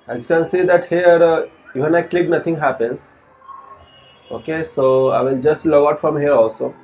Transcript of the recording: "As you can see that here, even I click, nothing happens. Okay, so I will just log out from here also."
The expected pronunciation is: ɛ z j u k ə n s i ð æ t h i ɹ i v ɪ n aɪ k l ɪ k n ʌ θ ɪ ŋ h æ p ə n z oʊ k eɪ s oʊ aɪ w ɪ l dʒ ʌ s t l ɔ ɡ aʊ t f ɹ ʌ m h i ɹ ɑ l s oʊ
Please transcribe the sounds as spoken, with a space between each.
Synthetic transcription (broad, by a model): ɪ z k ə n s i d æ t h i ɹ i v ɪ n aɪ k l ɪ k n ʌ t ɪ ŋ h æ p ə n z oʊ k eɪ s oʊ aɪ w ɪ l dʒ ʌ s t l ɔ aʊ t f ɹ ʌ m h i ɹ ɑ l s oʊ